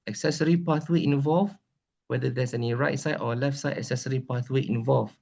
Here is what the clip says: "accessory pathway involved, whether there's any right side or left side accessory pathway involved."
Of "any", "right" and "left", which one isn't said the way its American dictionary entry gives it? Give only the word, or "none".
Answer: none